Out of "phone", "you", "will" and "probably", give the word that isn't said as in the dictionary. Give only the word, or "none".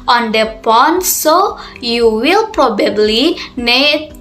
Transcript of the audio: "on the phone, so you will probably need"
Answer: phone